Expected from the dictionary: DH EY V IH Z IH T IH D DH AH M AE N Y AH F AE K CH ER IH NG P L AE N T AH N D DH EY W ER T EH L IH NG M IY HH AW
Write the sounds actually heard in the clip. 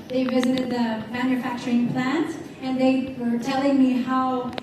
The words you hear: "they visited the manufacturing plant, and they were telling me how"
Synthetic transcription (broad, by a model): DH EY V IH Z IH T IH D DH AH M AE N Y AH F AE K CH ER IH NG P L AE N T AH N DH EY W ER T EH L IH NG M IY HH AW